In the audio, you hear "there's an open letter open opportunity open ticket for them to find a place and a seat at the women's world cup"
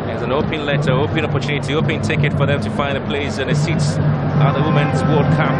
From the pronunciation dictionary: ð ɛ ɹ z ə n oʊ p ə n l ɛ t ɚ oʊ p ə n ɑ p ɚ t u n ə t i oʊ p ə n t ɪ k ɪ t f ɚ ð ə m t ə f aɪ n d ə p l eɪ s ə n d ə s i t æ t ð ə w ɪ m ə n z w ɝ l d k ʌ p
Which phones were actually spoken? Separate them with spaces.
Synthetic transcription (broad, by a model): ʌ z ə n oʊ p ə n l ɛ t ɚ oʊ ə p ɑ p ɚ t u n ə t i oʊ p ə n t ɪ k ɪ t f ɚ ð ə m t ə f aɪ n d ə p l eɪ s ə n ə s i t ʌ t ð ə w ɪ m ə n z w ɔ d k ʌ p